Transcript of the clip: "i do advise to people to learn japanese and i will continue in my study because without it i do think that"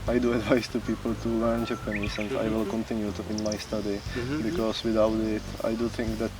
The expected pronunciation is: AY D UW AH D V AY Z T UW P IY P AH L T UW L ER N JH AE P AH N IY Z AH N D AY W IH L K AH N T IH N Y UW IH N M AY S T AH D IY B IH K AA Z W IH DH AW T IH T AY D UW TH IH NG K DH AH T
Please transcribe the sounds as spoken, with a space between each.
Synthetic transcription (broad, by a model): AY D UW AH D V AY S T UW P IY P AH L T UW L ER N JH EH P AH N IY S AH N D AY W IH L K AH N T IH N Y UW IH N M AY S T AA D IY B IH K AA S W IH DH AW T IH T AY D UW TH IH NG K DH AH T